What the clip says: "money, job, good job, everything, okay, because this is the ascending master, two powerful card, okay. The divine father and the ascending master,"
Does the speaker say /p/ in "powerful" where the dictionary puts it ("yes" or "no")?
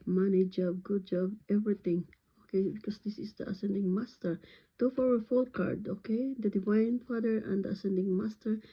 no